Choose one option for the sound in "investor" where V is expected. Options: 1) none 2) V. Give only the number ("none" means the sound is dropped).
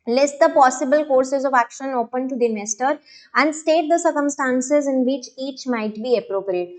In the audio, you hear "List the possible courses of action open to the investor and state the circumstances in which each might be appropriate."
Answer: 1